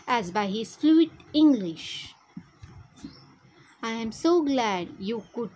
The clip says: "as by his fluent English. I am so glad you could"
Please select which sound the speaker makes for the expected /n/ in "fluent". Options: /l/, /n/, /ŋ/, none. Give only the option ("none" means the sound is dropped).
none